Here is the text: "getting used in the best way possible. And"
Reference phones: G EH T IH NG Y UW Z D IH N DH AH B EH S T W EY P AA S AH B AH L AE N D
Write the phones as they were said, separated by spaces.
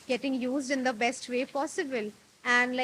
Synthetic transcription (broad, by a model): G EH T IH NG Y UW Z D IH N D AH B EH S T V EY P AA S AH B AH L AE N D